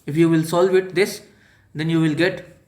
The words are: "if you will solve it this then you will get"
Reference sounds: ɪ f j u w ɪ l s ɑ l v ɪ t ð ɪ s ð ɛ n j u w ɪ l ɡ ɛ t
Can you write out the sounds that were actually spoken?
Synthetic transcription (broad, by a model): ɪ f j u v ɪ l s ɑ l v ɪ t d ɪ s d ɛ n j u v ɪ l ɡ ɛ t